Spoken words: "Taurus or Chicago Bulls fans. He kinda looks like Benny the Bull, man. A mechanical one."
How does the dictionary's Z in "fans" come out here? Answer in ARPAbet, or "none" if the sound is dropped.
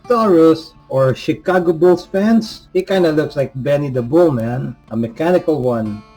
S